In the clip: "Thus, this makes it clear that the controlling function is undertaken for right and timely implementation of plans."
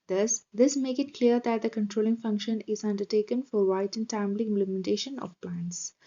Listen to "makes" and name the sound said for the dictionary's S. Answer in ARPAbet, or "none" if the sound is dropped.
none